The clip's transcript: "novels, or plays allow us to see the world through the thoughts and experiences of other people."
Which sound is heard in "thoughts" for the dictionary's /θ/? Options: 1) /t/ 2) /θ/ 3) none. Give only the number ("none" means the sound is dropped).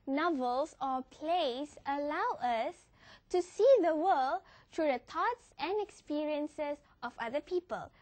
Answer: 1